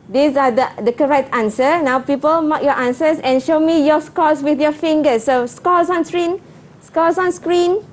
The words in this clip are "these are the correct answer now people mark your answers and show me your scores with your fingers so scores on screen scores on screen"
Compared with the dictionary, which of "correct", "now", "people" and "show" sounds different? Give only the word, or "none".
none